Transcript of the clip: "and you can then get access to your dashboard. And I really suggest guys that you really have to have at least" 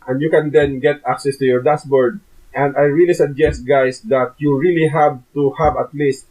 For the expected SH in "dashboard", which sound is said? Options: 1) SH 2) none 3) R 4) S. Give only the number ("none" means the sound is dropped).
4